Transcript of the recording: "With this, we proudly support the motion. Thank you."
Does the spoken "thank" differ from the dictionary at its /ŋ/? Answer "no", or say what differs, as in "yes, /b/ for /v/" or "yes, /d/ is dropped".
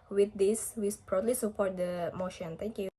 yes, /ŋ/ is dropped